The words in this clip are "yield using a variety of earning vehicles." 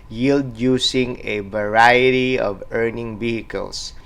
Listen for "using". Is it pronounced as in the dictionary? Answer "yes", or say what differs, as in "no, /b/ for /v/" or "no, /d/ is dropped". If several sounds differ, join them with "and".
no, /s/ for /z/